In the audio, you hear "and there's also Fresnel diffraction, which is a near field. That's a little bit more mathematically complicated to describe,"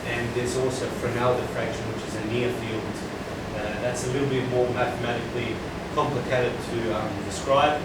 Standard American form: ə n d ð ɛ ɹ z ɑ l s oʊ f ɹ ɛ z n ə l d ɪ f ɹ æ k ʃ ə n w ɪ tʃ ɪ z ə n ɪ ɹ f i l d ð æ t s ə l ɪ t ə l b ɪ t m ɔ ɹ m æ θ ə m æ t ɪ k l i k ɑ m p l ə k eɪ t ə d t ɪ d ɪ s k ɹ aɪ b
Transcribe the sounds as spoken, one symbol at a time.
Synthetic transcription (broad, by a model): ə n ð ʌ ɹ z ɑ l s oʊ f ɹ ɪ n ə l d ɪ f ɹ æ k ʃ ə n w ɪ tʃ ɪ z ə n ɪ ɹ f i l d ð æ t s ə l ɪ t l b ɪ t m ɔ ɹ m æ θ ə m æ t ɪ k l i k ɑ m p l ə k eɪ t ə d t ɪ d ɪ s k ɹ aɪ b